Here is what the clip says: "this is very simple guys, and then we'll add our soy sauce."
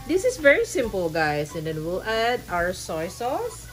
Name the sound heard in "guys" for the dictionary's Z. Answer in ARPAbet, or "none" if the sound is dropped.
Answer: S